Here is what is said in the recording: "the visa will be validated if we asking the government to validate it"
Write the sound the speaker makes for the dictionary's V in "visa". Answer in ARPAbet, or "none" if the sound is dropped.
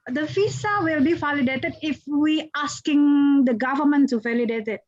F